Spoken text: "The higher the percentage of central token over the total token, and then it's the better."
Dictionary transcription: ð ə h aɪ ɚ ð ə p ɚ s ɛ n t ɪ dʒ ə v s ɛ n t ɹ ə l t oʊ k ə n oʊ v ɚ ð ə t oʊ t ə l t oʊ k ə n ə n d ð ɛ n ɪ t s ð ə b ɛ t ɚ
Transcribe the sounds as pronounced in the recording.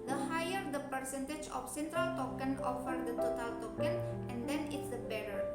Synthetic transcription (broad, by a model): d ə h aɪ ɚ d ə p ɚ s ɛ n t ɪ dʒ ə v s ɛ n t ɹ ə l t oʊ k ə n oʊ f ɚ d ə t oʊ t ə l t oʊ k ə n ə n d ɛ n ɪ t s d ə b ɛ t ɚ